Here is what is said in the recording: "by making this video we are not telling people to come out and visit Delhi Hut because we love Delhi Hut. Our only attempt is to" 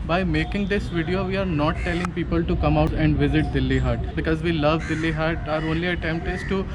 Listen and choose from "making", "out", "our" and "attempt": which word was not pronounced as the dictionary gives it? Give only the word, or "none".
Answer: none